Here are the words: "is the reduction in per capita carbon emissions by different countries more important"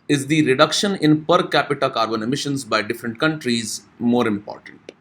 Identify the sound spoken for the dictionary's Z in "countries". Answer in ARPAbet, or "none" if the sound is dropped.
Z